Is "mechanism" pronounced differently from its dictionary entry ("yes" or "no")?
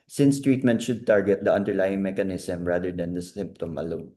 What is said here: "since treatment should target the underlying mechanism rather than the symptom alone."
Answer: yes